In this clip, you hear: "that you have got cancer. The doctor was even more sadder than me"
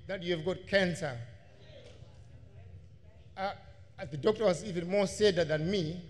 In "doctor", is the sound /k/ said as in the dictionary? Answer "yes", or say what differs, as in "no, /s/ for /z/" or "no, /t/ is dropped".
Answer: yes